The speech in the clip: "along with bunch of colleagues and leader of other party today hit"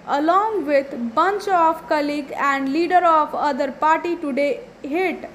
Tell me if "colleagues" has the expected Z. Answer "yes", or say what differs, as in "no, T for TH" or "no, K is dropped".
no, Z is dropped